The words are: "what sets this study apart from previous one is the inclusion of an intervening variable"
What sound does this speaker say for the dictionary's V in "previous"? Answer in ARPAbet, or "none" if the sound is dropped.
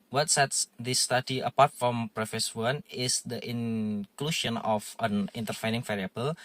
F